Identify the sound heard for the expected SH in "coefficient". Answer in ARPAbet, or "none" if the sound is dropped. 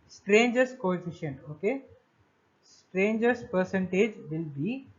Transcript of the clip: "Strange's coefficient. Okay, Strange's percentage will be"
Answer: SH